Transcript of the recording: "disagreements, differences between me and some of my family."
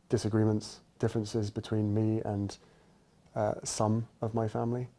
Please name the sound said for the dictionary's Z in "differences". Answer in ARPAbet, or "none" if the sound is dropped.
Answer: Z